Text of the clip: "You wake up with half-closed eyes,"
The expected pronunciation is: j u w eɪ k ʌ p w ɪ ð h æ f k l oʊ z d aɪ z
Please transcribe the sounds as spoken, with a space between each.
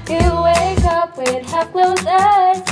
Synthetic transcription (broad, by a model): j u w eɪ k ʌ p w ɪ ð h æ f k l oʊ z aɪ